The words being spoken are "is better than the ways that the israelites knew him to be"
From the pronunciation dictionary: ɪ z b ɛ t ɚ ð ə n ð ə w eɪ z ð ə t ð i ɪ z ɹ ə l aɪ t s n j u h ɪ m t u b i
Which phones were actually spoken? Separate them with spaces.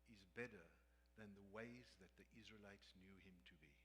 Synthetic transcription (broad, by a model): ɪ z b ɛ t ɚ ð ə n ð ə w eɪ z ð ə t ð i ɪ z ɹ ə l aɪ t s n j u h ɪ m t u b i